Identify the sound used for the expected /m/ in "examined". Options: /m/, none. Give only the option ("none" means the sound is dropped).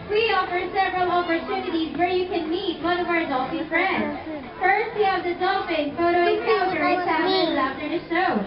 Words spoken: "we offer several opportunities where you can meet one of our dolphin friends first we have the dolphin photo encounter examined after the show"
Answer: none